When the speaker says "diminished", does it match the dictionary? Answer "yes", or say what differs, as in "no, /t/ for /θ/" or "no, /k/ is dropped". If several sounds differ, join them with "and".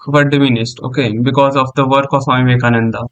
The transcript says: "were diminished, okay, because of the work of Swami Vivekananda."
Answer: no, /s/ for /ʃ/